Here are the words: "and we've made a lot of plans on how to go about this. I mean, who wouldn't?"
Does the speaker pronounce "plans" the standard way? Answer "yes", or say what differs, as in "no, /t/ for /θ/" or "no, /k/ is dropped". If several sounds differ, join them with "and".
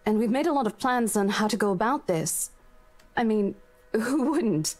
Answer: yes